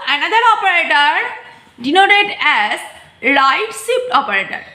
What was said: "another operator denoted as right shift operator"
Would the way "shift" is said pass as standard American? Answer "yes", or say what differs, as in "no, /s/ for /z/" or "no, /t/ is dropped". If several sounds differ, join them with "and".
no, /s/ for /ʃ/